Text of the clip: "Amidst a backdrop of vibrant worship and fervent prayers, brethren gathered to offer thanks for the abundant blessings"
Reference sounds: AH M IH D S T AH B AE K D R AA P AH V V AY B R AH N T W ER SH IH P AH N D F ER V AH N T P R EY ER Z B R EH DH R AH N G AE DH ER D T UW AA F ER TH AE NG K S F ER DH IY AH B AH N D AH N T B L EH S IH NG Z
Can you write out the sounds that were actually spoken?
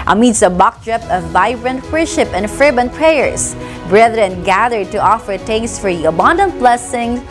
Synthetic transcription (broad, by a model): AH M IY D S AH B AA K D R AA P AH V V AY B R AH N T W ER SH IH P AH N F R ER B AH N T P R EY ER S B R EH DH R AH N G AE DH ER D T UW AA F ER T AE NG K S F ER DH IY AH B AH N D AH N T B L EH S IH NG